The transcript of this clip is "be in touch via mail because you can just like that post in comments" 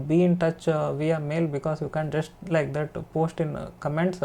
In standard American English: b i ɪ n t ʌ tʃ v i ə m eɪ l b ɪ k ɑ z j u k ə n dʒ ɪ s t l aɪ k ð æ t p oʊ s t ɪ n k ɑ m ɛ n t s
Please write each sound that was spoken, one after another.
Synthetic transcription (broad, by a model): b i ɪ n t ʌ tʃ v i ə m eɪ l b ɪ k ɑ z j u k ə n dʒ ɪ s t l aɪ k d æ t p oʊ s t ɪ n k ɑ m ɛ n t s